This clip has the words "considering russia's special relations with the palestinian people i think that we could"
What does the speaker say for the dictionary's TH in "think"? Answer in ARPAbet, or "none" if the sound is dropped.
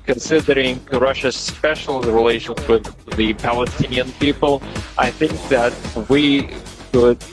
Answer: TH